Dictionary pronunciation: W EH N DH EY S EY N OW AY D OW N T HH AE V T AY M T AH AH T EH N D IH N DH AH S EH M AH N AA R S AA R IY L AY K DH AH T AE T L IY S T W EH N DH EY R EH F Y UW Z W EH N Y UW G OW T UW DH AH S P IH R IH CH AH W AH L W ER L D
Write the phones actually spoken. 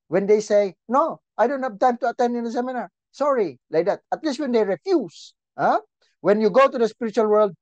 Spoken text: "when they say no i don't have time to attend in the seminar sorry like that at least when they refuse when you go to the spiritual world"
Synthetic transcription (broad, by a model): W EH N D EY S EY N OW AY D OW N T HH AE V T AY M T AH AH T EH N D IH N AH S EH M AH N AA R S AA R IY L AY K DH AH T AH T L IY S T W EH N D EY R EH F Y UW S W EH N Y UW G OW T UW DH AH S P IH R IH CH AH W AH L W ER L D